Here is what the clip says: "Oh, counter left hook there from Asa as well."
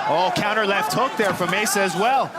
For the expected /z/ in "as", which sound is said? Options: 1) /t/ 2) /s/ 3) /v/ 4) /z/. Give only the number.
4